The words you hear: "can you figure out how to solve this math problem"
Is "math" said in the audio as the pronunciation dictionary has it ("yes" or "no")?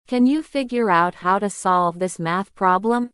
yes